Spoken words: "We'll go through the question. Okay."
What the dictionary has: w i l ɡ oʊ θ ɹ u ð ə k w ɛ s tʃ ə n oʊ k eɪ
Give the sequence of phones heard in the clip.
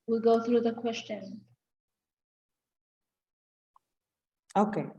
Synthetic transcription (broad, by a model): w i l ɡ oʊ θ ɹ u ð ə k w ɛ s tʃ ə n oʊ k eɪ